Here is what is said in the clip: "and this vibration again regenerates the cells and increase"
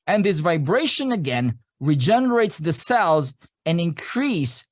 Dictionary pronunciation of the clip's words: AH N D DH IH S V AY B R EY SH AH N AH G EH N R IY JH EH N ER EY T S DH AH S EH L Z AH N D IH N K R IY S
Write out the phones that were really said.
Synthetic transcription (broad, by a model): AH N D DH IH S V AY B R EY SH AH N AH G EH N R IY JH EH N ER EY T S DH AH S EH L Z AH N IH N K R IY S